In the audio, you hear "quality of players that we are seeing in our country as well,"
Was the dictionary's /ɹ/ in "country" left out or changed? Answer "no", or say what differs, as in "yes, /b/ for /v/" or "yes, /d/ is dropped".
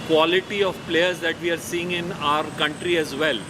no